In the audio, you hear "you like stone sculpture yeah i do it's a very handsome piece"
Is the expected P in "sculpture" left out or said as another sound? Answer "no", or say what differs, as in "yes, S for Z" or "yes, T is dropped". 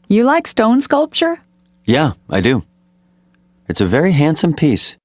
no